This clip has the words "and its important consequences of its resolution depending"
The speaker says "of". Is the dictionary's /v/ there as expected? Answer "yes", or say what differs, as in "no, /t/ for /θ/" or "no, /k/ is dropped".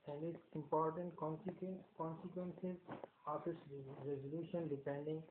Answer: no, /f/ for /v/